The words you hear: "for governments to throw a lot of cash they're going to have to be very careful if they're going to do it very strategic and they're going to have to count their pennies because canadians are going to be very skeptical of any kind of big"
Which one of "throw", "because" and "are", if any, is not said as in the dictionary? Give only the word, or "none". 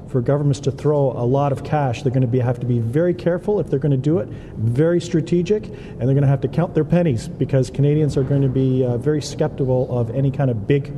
none